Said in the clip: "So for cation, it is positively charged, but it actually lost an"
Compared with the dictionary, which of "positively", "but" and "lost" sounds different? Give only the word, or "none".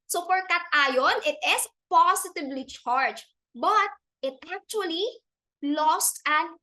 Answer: positively